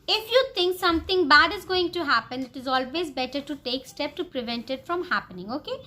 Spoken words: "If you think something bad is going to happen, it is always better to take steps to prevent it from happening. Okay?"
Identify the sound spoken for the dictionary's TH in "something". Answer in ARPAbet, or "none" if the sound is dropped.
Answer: T